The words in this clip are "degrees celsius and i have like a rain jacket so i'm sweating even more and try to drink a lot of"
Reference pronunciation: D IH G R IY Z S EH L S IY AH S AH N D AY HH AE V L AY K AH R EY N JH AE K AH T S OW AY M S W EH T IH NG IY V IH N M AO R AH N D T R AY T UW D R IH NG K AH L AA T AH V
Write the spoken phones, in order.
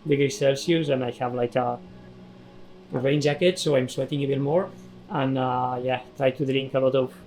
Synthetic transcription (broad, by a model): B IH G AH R S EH L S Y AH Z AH N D AY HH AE V L AY K AH R EY N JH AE K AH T S OW AY M S W EH T IH NG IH B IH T M AO R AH N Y T R AY T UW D R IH NG K AH L AA T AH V